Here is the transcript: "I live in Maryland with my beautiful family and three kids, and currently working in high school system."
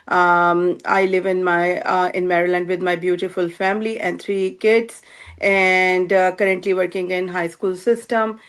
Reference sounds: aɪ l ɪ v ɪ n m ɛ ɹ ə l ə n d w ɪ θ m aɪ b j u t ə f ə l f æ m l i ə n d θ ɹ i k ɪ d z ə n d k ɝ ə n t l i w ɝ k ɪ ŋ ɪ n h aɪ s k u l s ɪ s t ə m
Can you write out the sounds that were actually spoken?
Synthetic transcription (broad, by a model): aɪ l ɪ v ɪ n m ɛ ɹ ə l ə n d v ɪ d m aɪ b j u t ə f ə l f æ m l i ə n d t ɹ i k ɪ d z ə n d k ɝ ə n t l i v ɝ k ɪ ŋ ɪ n h aɪ s k u l s ɪ s t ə m